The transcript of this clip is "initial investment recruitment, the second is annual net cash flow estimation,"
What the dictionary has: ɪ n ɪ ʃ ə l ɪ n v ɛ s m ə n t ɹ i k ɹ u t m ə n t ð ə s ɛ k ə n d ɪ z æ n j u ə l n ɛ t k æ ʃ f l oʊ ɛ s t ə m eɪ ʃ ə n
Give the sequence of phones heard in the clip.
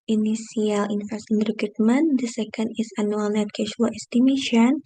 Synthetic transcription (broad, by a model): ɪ n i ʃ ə l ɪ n f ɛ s ə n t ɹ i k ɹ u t m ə n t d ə s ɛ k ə n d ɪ s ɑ n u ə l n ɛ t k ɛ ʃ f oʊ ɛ s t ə m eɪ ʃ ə n